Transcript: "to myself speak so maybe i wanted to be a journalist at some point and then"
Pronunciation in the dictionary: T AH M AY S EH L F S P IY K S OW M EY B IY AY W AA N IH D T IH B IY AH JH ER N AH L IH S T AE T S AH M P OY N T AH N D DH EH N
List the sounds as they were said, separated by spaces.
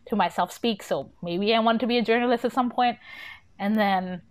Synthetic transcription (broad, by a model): T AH M AY S EH L F S P IY K S OW M EY B IY AY W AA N T IH B IY AH JH ER N AH L IH S T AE T S AH M P OY N T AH N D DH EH N